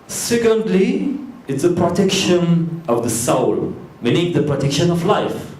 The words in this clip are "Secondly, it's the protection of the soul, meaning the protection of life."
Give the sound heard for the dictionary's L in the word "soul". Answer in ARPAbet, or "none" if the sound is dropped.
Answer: L